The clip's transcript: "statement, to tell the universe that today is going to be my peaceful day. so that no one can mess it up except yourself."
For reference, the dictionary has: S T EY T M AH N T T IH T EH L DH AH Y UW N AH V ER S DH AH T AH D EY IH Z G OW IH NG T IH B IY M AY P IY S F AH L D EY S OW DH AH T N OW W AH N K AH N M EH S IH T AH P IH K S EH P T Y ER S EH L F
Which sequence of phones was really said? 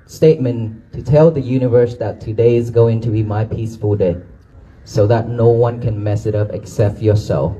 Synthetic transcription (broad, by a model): S T EY T M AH N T T IH T EH L DH AH Y UW N AH V ER S DH AH T AH D EY IH Z G OW IH NG T IH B IY M AY P IY S F AH L D EY S OW DH AH T N OW W AH N K AH N M EH S IH T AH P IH K S EH P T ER S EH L